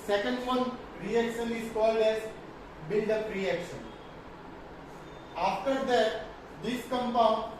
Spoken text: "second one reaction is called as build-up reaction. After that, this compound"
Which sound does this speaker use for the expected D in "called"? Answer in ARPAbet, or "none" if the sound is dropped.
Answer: D